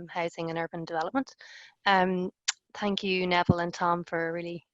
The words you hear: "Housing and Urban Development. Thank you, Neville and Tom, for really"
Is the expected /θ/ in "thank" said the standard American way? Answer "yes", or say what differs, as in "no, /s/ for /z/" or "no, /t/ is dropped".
yes